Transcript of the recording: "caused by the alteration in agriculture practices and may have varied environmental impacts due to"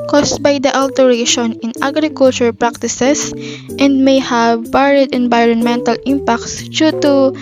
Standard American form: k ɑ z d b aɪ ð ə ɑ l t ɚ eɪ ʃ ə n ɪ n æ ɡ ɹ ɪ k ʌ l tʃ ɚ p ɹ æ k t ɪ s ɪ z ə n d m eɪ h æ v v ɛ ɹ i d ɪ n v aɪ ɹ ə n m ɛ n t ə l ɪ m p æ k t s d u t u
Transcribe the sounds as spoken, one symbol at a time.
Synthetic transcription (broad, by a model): k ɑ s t b aɪ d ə ɑ l t ɚ eɪ ʃ ə n ɪ n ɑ ɡ ɹ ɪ k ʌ l tʃ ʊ p ɹ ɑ k t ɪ s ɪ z ə n d m eɪ h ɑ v b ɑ ɹ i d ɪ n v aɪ ɹ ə n m ɛ n t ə l ɪ m p æ k t s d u t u